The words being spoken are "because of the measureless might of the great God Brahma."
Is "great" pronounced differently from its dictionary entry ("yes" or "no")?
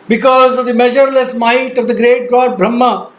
no